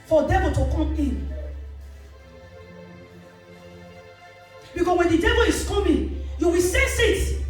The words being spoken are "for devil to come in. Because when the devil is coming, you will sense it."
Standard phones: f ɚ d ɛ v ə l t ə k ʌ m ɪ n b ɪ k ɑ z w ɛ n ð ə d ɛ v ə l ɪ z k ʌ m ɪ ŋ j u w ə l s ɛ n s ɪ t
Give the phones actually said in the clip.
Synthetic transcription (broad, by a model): f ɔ d ɛ v ə l t ə k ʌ m ɪ n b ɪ k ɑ s w ɛ n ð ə d ɛ v ə l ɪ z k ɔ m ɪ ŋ j u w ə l s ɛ s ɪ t